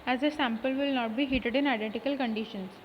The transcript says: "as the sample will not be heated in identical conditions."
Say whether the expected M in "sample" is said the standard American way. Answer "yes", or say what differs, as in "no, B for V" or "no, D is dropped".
yes